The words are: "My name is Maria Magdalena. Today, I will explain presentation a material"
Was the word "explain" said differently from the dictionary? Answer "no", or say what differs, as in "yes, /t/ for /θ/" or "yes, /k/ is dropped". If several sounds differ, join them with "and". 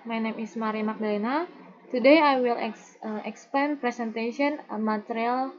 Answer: yes, /l/ is dropped